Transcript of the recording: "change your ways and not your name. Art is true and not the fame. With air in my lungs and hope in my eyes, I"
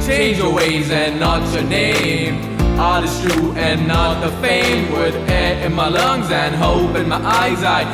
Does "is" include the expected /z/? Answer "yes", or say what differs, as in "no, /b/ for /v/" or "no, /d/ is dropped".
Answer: no, /s/ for /z/